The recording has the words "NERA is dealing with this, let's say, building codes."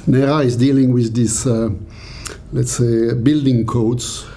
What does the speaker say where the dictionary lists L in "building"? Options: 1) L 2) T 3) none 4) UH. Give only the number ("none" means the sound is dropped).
1